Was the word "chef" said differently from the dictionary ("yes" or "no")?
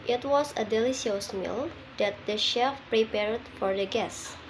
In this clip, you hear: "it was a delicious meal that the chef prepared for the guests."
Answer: no